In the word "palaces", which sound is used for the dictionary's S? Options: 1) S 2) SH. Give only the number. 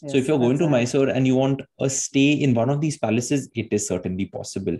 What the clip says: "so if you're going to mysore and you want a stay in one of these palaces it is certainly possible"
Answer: 1